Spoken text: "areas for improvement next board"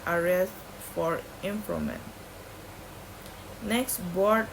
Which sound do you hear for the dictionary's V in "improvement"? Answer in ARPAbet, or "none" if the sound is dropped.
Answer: none